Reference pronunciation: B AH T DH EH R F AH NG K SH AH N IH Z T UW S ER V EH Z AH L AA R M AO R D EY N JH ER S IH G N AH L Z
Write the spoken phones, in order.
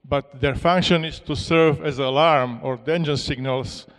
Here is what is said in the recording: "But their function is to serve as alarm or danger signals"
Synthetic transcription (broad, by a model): B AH T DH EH R F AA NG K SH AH N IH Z T UW S ER V EH Z AH L AA R M AO R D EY N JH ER S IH G N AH L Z